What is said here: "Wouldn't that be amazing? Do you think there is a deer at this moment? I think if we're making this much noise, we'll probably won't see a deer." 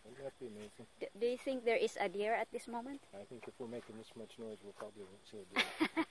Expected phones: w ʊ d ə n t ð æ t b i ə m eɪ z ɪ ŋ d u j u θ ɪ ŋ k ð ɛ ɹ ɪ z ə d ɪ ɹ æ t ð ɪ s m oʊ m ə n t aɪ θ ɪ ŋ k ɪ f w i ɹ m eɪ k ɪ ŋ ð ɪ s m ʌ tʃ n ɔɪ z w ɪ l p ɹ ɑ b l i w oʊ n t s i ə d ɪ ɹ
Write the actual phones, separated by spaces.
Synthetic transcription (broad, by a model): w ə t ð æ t b i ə m eɪ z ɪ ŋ d u j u θ ɪ ŋ k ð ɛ ɹ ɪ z ə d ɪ ɹ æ t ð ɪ s m oʊ m ə n t aɪ θ ɪ ŋ k ɪ f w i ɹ m eɪ k ɪ ŋ ð ɪ s m ʌ tʃ n ɔɪ z w ɪ l p ɹ ɑ b l i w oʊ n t s i ə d